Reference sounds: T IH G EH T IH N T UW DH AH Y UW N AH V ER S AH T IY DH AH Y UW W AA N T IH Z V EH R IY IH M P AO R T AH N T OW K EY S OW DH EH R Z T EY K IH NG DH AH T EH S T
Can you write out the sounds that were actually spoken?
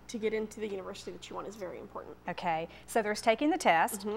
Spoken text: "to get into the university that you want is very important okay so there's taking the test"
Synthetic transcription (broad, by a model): T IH G EH T IH N T UW DH AH Y UW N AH V ER S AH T IY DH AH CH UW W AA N IH Z V EH R IY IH M P AO R T N T OW K EY S OW DH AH R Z T EY K IH NG DH AH T EH S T